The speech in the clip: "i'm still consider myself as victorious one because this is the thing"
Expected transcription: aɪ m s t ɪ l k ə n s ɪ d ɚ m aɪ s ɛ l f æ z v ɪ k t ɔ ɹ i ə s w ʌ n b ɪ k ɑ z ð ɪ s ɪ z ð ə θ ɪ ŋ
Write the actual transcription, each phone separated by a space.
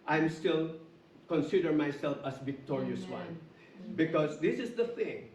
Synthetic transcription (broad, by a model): aɪ m s t ɪ l k ə n s ɪ d ɚ m aɪ s ɛ l f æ s v ɪ k t ɔ ɹ i ə s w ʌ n b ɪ k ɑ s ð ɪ s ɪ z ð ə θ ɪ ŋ